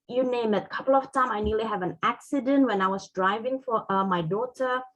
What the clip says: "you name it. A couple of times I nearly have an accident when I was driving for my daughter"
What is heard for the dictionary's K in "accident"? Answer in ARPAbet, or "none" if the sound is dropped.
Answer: K